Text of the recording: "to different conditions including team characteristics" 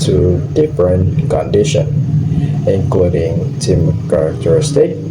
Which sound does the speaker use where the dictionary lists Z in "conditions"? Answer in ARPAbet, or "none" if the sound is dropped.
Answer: none